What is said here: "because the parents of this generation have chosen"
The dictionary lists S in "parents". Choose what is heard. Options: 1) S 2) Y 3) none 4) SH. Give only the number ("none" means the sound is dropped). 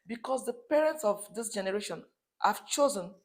1